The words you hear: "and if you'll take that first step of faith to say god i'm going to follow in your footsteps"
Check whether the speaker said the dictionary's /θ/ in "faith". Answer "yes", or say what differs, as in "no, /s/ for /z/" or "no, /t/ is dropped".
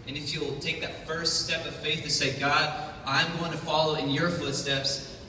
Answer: yes